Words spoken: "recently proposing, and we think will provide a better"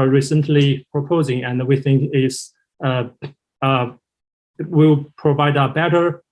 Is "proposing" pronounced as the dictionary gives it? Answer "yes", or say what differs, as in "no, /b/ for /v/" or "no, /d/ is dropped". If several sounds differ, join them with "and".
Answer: yes